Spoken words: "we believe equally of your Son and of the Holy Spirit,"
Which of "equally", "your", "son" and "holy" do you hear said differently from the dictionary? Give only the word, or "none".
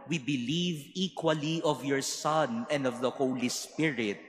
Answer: none